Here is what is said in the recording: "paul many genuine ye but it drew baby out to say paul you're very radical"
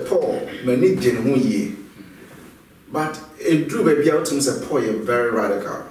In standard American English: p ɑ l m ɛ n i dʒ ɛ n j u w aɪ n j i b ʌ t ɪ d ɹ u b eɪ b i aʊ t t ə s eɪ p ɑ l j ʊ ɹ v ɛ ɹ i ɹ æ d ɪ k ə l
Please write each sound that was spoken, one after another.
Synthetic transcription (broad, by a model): p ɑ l m ɛ n i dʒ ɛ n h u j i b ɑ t ɪ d u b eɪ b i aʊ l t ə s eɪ p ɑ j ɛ v ɛ ɹ i ɹ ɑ d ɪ k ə l